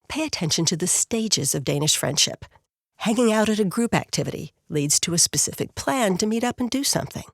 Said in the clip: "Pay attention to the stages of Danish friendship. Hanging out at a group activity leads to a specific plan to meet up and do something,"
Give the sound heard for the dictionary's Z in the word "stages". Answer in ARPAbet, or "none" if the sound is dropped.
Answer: Z